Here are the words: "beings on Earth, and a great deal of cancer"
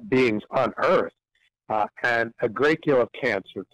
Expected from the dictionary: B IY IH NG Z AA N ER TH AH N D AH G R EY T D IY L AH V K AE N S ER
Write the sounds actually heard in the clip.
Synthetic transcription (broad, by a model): B IY IH NG Z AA N ER TH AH N AH G R EY T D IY L AH V K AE N S ER